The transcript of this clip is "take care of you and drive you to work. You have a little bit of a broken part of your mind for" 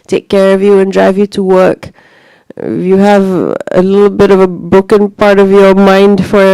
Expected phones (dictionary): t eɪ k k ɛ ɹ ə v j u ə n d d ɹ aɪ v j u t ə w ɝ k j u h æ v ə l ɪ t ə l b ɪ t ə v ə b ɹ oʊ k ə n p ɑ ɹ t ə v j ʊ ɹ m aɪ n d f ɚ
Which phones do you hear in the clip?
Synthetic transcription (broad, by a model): t eɪ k k ɛ ɹ ə v j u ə n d d ɹ aɪ v j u t ə w ɝ k j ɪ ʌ v ə l ɪ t l b ɪ t ə v ə b ʊ k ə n p ɑ ɹ t ə v j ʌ ɹ m aɪ n d f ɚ